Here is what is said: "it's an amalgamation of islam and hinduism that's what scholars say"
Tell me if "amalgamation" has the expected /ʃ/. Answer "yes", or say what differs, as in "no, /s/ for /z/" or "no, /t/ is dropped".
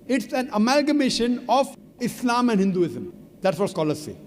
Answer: yes